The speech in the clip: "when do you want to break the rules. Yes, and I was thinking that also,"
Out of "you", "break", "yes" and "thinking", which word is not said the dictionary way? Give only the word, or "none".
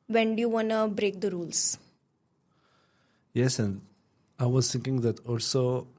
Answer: thinking